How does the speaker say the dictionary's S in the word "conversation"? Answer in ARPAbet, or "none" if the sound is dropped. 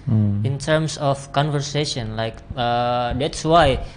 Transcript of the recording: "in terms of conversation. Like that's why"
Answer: S